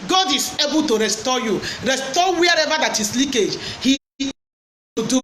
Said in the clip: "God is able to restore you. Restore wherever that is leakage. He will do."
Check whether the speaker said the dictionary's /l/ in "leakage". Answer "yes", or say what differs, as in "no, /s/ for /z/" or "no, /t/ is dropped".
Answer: yes